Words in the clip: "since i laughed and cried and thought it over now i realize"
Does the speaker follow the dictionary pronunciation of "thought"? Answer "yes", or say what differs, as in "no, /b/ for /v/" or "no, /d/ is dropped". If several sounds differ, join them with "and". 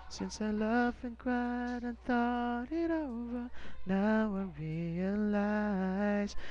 yes